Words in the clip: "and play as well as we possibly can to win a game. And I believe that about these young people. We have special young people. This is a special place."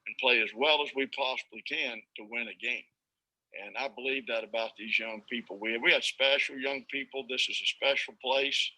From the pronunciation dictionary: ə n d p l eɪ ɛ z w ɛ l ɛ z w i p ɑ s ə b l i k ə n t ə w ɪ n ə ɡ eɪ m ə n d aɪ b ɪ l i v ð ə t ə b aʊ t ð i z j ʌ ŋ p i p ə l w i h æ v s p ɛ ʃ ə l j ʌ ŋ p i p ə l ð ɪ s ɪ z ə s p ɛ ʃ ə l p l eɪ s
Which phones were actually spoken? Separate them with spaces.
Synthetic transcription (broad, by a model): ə n p l eɪ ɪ z w ɛ l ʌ z w i p ɑ s ə b l i k ə n t ə w ɪ n ə ɡ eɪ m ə n aɪ b ɪ l i v ð ə t ə b aʊ t ð i z j ʌ ŋ p i p l w i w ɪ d s p ɛ ʃ l j ʌ ŋ p i p l ð ɪ s ɪ z ə s p ɛ ʃ l p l eɪ s